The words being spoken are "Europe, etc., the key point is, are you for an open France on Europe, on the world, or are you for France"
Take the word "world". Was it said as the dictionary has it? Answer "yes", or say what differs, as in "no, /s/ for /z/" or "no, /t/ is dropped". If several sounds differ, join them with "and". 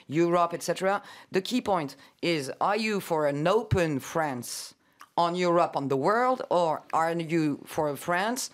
yes